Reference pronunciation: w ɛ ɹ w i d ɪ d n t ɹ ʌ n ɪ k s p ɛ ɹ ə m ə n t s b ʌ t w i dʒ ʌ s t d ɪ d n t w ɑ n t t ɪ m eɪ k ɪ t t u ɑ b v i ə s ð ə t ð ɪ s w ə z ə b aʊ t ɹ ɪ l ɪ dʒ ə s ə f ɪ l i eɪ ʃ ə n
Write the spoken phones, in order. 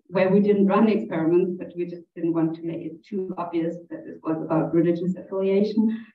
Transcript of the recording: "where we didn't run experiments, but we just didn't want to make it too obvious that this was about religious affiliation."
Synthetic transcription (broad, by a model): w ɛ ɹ w i d ɪ d n t ɹ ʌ n ɪ k s p ɛ ɹ ə m ə n t s b ʌ t w i dʒ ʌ s d ɪ d n t w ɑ n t t ɪ m eɪ k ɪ t t u ɑ b v i ə s ð ə t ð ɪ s w ə z ə b aʊ t ɹ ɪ l ɪ dʒ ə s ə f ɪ l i eɪ ʃ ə n